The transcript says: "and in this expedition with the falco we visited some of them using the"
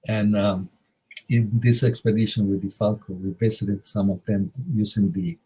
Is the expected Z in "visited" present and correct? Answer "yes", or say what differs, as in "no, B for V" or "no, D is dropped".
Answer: no, S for Z